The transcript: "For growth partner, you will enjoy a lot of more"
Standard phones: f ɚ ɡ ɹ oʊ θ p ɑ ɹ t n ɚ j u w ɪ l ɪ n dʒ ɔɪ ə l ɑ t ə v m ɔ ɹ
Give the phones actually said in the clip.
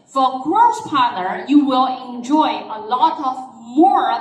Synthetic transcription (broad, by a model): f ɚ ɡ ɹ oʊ s p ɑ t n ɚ j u w ɪ l ɪ n dʒ ɔɪ ə l ɑ t ə v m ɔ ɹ